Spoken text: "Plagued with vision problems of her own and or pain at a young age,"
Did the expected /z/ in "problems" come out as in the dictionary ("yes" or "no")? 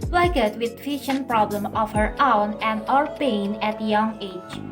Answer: no